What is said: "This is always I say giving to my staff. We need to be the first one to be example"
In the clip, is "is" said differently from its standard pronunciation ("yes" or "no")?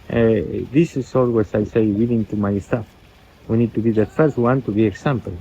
yes